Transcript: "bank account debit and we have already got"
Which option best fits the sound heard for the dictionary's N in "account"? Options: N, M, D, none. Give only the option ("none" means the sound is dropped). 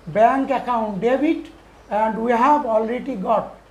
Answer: N